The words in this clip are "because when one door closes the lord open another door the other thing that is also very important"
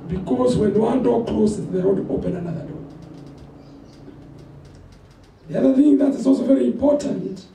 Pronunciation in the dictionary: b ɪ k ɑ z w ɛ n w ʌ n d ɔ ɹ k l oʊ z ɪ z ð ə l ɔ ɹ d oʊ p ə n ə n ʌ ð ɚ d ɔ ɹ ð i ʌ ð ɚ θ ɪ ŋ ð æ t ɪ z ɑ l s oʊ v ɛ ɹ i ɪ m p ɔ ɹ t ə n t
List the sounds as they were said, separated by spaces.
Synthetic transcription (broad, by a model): b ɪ k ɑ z w ɛ n w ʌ n d ɔ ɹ k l oʊ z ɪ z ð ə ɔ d oʊ p ə n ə n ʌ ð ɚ d ɔ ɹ ð i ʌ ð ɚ θ ɪ ŋ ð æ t ɪ z ɑ l s oʊ v ɛ ɹ i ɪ m p ɔ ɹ t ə n t